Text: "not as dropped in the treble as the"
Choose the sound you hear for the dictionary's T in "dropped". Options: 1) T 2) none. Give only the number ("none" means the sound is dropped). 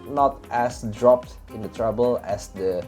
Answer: 1